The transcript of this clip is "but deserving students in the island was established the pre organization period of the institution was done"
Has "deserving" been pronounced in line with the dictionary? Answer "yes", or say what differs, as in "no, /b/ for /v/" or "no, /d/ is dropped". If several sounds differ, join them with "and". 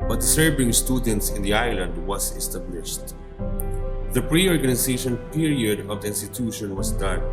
no, /s/ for /z/